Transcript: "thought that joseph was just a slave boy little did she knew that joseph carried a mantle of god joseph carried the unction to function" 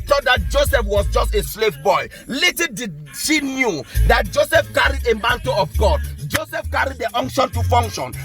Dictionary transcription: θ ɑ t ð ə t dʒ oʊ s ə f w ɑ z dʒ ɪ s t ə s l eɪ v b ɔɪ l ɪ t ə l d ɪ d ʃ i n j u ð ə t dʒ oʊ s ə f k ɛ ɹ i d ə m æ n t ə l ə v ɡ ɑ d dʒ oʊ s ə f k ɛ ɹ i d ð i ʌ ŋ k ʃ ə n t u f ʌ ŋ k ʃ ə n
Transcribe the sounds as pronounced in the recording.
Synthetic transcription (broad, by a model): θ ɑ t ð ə t dʒ oʊ s ə f w ɑ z dʒ ɪ s t ə s l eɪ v b ɔɪ l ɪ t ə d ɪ ʃ i n j u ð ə t dʒ oʊ s ə f k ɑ ɹ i d ə m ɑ n t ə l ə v ɡ ɑ d dʒ oʊ s ə f k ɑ ɹ i d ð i ʌ ŋ k ʃ ə n t u f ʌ ŋ k ʃ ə n